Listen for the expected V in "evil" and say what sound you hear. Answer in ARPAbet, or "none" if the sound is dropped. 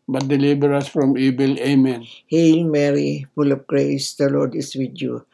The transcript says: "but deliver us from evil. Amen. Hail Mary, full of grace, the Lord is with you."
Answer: B